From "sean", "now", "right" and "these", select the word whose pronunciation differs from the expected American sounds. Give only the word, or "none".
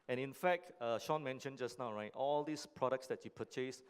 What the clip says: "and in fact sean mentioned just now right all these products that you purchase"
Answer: these